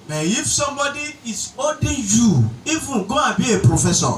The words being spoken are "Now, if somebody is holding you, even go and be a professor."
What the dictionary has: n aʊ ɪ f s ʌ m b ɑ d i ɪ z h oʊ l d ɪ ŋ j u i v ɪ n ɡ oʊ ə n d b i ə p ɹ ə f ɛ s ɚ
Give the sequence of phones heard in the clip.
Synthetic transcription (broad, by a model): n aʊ ɪ f s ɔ m b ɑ d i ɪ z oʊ d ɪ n j u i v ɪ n ɡ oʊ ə b i ə p ɹ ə f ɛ s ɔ